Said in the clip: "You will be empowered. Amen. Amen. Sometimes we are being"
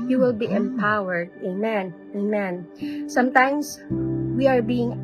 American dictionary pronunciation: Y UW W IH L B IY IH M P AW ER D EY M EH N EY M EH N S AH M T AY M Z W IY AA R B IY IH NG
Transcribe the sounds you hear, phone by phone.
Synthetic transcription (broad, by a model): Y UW W IH L B IY IH M P AW ER D EY M EH N EY M EH N S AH M T AY M S W IY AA R B IY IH NG